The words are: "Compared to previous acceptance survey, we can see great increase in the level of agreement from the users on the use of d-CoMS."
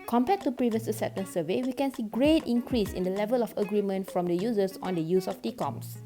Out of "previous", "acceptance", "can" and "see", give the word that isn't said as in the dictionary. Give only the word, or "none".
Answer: acceptance